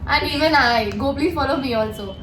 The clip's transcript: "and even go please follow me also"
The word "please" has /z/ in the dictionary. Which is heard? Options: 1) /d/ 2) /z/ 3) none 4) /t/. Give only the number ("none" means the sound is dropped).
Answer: 3